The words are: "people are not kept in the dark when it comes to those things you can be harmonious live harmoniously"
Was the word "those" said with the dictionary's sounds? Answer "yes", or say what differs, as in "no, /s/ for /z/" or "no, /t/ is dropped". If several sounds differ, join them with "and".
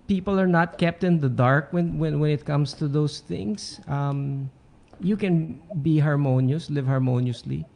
no, /s/ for /z/